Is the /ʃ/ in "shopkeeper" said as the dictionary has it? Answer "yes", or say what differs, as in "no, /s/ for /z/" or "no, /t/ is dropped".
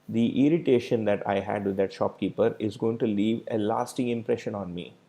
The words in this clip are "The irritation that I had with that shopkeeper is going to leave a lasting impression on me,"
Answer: yes